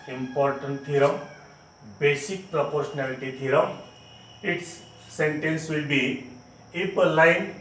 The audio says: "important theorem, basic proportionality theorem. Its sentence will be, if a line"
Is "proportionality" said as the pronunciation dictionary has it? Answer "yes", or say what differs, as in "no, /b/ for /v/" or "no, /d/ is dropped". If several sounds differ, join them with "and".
no, /s/ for /ʃ/